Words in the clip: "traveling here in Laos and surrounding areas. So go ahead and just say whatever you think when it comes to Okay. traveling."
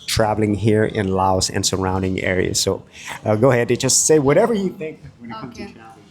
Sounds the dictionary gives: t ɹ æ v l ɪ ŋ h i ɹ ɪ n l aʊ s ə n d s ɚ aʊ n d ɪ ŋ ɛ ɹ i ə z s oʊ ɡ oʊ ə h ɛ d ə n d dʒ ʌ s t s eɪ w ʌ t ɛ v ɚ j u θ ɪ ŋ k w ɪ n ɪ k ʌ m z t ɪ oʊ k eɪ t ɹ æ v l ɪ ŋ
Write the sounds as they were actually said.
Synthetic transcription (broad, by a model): t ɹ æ v l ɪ ŋ h i ɹ ɪ n l aʊ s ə n s ɚ aʊ n d ɪ ŋ ɛ ɹ i ə z s oʊ ɡ oʊ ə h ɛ d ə dʒ ʌ s t s eɪ w ʌ t ɛ v ɚ j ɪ θ ɪ ŋ k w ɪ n ɪ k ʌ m t ɪ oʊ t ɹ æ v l